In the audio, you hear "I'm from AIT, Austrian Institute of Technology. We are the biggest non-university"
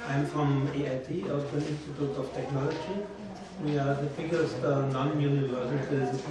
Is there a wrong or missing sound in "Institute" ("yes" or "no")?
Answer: no